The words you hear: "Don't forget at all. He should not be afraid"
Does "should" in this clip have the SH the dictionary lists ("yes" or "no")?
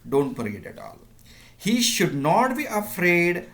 yes